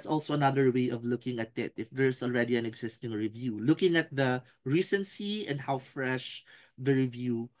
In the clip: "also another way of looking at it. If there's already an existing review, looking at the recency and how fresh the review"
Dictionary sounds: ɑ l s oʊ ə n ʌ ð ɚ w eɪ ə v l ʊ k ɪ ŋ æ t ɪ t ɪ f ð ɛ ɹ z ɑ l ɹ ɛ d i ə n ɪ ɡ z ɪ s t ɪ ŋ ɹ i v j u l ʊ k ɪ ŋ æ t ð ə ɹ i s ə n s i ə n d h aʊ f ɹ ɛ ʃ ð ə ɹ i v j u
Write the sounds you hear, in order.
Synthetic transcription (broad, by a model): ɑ l s oʊ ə n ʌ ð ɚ w eɪ ə v l ʊ k ɪ ŋ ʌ t ɪ t ɪ f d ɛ ɹ s ɑ l ɹ ɛ d i ə n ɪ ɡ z ɪ s t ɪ ŋ ɹ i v j u l ʊ k ɪ ŋ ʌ t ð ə ɹ i s ə n s i ə n d h aʊ f ɹ ɛ ʃ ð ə ɹ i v j u